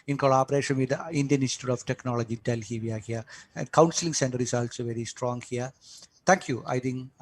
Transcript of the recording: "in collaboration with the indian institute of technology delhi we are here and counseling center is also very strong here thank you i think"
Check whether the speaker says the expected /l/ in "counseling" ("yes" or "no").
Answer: yes